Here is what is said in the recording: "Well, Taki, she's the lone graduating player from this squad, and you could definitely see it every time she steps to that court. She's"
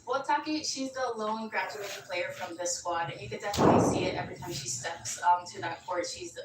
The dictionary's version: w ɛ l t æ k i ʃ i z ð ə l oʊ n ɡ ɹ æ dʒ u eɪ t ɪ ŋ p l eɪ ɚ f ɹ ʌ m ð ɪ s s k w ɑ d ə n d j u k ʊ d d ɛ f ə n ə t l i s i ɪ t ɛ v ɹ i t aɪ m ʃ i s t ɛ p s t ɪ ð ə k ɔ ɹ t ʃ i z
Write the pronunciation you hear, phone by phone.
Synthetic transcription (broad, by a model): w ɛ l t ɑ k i ʃ i z ð ə l oʊ n ɡ ɹ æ dʒ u eɪ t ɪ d p l eɪ ɚ f ɹ ʌ m ð ɪ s s w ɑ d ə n j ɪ k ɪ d d ɛ f ə n ə t l i s i ɪ t ɛ v ɹ i t aɪ m ʃ i s t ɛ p s t ɪ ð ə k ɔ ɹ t ʃ i z